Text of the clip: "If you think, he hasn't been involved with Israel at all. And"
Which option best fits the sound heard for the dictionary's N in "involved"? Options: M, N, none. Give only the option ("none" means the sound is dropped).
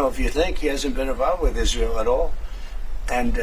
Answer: none